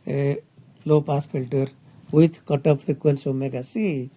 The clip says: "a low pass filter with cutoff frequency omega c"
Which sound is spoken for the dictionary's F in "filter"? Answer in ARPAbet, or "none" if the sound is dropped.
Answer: P